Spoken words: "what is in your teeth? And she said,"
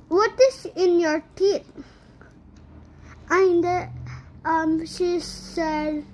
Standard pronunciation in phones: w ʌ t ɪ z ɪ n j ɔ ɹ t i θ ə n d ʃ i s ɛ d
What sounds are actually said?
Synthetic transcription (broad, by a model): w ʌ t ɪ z ɪ n j ɔ ɹ t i t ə n d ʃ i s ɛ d